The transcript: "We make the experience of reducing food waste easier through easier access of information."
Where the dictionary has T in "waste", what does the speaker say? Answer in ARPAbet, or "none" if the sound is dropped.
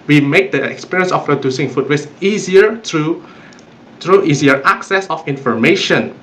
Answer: none